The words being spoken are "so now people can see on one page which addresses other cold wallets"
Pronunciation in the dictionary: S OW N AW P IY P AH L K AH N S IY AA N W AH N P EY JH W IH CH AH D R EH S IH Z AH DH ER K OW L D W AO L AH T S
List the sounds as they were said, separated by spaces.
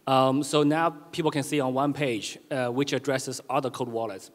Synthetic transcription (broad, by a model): S OW N AW P IY P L K AH N S IY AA N W AH N P EY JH W IH CH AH D R EH S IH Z AH DH ER K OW D W AO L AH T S